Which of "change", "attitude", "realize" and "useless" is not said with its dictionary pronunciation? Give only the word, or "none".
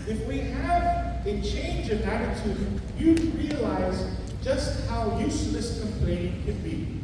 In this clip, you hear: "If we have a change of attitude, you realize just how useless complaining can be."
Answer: none